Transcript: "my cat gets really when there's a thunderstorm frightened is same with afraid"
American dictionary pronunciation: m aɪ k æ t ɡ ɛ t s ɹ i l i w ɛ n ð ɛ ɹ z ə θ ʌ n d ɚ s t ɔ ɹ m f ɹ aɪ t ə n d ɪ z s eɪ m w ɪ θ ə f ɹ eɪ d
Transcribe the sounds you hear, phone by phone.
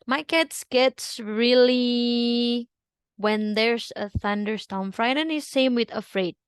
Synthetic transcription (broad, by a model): m aɪ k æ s ɡ ɛ t s ɹ i l i w ɛ n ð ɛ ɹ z ə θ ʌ n d ɚ s t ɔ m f ɹ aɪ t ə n ɪ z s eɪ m w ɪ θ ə f ɹ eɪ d